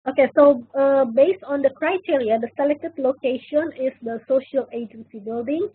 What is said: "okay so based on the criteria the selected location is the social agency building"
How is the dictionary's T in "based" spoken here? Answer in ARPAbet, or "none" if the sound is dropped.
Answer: T